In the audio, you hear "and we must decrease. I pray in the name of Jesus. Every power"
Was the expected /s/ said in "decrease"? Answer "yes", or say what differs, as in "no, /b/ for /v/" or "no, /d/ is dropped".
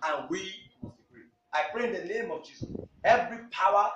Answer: no, /s/ is dropped